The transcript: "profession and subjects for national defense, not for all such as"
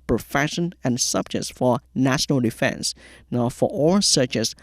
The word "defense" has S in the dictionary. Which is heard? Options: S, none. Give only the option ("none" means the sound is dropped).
S